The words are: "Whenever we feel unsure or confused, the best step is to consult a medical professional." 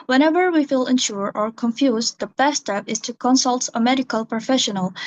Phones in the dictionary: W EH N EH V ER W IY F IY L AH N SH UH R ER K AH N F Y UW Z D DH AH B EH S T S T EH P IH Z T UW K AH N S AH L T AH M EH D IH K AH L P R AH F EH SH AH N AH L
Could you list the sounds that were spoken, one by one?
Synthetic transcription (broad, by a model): W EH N EH V ER W IY F IY L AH N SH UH R ER K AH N F Y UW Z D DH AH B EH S S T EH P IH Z T UW K AH N S AH L T AH M EH D IH K AH L P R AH F EH SH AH N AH L